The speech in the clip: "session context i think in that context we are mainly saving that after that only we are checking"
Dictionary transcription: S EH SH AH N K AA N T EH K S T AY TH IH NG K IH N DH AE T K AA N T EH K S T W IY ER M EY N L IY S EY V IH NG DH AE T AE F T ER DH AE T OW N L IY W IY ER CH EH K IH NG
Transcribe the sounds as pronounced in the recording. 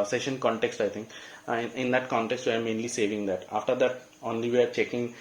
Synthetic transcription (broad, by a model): S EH SH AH N K AA N T EH K S T AY T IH NG K IH N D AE T K AA N T EH K S T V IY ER M EY N L IY S EY V IH NG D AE T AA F T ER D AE T OW N L IY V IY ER CH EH K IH NG